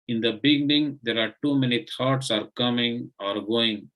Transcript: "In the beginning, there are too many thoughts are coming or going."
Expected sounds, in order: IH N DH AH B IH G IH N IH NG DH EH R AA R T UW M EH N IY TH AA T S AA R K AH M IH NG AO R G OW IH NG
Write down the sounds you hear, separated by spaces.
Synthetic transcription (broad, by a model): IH N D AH B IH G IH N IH NG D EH R AA R T UW M EH N IY T AA T S AA R K AH M IH NG AO R G OW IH NG